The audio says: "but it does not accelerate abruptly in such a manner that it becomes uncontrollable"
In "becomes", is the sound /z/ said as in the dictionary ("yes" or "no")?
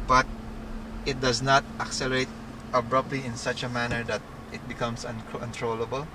no